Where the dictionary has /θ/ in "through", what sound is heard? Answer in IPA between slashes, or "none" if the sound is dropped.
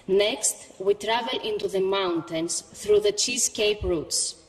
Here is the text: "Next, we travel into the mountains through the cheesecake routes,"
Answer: /θ/